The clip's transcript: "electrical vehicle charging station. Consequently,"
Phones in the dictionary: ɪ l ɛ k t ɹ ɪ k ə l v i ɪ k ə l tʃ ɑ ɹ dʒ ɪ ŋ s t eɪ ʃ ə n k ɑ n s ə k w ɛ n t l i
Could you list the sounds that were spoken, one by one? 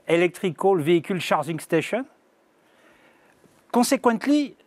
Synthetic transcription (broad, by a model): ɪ l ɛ k t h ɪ k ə l v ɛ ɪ k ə l ʃ ɑ ɹ ʒ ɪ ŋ s t eɪ ʃ ə n k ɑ s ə k w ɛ n t l i